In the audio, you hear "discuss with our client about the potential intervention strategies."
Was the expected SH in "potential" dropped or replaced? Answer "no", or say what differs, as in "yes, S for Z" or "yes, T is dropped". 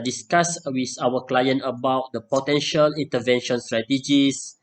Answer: no